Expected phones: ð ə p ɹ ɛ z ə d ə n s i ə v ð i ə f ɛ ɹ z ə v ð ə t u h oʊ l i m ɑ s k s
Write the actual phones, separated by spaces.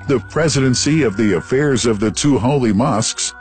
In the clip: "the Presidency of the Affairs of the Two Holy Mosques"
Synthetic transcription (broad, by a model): ð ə p ɹ ɛ z ə d ə n s i ə v ð i ə f ɛ ɹ z ə v ð ə t u h oʊ l i m ɑ s k s